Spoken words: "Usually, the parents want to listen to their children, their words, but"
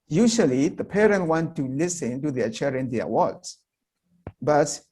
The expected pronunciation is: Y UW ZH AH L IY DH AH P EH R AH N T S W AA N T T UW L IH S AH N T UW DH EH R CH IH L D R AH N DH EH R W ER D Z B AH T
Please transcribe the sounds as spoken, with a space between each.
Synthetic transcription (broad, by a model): Y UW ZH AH L IY DH AH P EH R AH N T W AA N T T UW L IH S AH N T UW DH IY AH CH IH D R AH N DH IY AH W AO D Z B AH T